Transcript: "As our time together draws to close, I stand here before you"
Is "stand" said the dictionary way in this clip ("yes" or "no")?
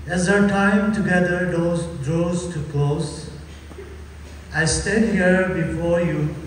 no